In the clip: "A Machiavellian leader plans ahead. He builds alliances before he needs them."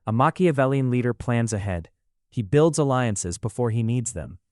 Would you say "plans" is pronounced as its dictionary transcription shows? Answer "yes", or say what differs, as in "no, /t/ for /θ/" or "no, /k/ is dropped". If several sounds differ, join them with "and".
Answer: yes